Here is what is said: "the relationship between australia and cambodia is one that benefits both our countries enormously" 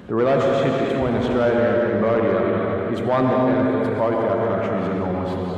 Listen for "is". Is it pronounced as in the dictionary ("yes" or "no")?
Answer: yes